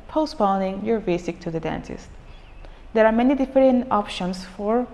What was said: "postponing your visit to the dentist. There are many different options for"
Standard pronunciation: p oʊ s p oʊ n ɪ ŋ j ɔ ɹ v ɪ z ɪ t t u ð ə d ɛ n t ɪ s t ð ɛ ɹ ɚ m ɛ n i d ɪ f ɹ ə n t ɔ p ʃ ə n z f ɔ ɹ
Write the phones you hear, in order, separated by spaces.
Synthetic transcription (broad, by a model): p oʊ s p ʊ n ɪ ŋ j ɔ ɹ b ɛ s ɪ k t u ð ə d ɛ n s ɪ s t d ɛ ɹ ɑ m ɛ n i d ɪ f ɹ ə n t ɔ p ʃ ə n s f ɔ ɹ